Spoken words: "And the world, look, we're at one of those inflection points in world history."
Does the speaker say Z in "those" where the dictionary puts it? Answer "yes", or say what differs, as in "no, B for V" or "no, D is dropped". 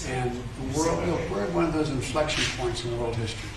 yes